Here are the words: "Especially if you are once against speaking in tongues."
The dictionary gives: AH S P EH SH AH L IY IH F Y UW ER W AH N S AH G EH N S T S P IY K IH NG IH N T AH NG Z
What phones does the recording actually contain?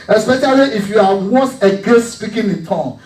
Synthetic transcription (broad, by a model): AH S P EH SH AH L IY IH F Y UW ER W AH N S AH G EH S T S P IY K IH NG IH N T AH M